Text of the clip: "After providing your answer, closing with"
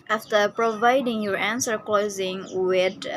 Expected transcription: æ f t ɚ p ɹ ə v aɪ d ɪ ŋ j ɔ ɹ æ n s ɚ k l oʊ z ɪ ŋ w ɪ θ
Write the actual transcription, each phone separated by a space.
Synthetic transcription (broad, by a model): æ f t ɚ p ɹ ə v aɪ d ɪ ŋ j ɔ ɹ æ n s ɚ k l oʊ z ɪ ŋ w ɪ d